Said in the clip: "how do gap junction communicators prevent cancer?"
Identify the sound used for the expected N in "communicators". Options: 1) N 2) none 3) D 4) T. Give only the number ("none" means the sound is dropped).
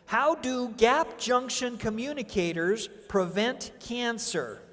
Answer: 1